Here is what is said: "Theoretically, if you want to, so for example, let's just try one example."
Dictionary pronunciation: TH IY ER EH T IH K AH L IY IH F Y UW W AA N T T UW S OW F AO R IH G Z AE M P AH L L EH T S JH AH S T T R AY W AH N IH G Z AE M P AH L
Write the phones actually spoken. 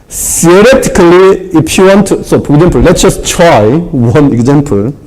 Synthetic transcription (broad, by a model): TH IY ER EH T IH K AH L IY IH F Y UW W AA N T T UW S OW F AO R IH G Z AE M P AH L L EH T S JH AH S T T R AY W AH N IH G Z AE M P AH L